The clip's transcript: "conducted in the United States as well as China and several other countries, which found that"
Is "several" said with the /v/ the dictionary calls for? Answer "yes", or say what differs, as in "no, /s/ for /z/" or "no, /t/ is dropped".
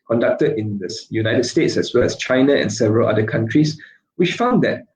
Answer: yes